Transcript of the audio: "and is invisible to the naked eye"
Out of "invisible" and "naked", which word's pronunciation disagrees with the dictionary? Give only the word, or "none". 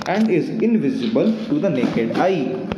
none